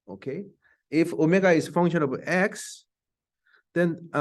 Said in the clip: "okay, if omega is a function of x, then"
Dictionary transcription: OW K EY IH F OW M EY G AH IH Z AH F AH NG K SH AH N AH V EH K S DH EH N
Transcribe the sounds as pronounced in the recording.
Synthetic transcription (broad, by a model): OW K EY IH F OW M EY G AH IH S F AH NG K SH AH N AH B EH K S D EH N